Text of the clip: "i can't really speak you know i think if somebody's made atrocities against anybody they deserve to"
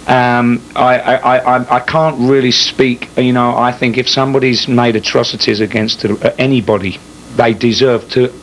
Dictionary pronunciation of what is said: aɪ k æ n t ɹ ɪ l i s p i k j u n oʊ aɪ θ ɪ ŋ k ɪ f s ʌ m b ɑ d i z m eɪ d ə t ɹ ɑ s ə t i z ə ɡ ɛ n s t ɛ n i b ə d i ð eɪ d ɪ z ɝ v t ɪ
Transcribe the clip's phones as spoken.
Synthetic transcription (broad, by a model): aɪ k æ n t ɹ ɪ l i s p i k j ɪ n oʊ aɪ θ ɪ ŋ k ɪ f s ʌ m b ɑ d i z m eɪ d ə t ɹ ɑ s ə t i z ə ɡ ɛ n s t ɛ n i b ə d i ð eɪ d ɪ z ɝ v t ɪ